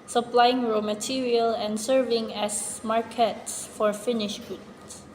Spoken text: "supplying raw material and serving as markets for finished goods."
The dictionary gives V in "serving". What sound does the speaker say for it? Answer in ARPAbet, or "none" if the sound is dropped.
V